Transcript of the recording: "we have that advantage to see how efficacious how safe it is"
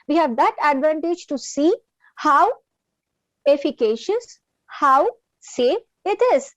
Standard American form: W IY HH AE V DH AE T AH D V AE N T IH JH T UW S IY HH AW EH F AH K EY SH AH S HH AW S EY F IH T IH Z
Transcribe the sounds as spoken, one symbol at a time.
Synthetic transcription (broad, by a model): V IY HH AE V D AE T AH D V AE N T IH JH T UW S IY HH AW EH F AH K EY SH AH S HH AW S EY F IH T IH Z